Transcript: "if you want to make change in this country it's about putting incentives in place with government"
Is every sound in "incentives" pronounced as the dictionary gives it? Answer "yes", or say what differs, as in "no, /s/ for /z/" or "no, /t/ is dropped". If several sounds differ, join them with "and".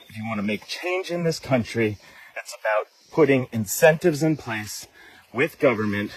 yes